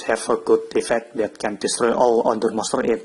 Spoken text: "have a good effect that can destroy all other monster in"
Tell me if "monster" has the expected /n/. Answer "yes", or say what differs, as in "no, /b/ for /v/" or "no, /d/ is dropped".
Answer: no, /n/ is dropped